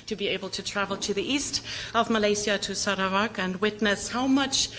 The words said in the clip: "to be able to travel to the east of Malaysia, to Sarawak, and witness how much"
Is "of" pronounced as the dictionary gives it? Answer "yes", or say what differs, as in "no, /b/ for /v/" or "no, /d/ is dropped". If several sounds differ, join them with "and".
yes